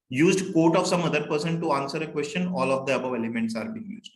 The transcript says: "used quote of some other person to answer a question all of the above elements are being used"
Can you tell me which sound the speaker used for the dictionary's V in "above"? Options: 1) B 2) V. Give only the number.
2